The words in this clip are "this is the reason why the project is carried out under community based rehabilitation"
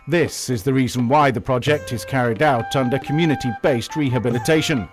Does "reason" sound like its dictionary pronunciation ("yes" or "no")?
yes